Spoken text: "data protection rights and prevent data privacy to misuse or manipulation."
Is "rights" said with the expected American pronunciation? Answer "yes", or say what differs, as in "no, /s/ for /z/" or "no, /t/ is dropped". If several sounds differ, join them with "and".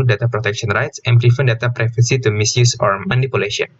yes